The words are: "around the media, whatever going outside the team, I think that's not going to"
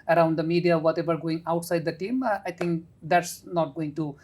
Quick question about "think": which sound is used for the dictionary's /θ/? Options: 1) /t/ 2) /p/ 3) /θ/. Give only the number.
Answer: 1